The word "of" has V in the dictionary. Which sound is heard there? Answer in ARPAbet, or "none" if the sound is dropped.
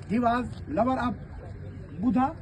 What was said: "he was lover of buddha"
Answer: P